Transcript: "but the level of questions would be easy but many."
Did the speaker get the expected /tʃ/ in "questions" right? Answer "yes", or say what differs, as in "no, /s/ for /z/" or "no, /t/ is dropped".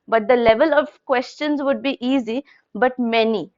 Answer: yes